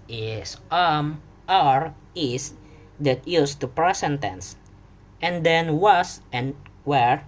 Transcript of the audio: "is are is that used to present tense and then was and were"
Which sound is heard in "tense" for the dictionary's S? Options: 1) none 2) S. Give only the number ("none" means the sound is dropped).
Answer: 2